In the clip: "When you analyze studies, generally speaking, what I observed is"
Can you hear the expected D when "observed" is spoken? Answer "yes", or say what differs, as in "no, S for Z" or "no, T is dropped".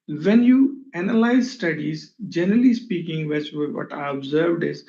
yes